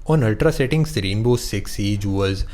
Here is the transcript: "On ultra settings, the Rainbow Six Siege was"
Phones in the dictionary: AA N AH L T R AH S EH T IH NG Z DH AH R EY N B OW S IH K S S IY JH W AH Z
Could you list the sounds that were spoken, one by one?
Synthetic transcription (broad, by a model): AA N AH L T R AH S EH T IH NG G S R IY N B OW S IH K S S IY JH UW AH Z